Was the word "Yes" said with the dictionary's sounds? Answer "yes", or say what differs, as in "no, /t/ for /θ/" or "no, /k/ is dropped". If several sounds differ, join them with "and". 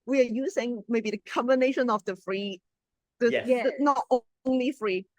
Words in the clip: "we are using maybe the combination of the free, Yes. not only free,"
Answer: no, /s/ is dropped